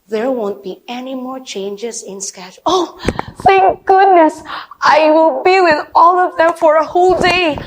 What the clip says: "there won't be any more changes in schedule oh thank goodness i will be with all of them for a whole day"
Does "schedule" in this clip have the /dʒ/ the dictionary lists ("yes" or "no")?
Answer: no